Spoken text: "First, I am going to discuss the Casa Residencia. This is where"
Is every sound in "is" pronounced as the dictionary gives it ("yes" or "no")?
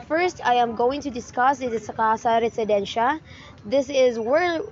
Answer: yes